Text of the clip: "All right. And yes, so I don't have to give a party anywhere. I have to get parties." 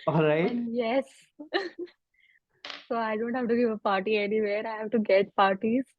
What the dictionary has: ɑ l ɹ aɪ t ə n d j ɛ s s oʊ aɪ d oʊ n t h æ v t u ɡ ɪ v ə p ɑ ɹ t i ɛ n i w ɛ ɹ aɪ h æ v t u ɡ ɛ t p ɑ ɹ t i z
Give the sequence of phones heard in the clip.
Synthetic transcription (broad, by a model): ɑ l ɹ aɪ ə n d j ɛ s s oʊ aɪ d oʊ n t h æ v t u ɡ ɪ v ə p ɑ ɹ t i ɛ n i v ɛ ɹ aɪ h æ v t u ɡ ɛ t p ɑ ɹ t i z